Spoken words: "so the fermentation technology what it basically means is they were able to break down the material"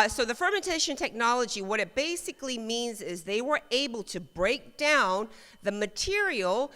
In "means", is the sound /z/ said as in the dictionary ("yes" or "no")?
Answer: yes